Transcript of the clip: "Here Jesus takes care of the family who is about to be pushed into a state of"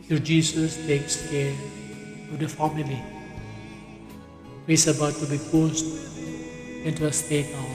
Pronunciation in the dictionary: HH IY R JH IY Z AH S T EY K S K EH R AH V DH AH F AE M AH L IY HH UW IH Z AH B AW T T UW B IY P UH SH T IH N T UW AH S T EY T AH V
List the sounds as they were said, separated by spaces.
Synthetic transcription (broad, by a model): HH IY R JH IY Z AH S T EY K S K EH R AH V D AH F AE M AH L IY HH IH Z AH B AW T T UW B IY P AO S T IH N T UW AH S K EY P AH